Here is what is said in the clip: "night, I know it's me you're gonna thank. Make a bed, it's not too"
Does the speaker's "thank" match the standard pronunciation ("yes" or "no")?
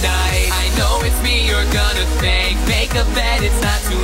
no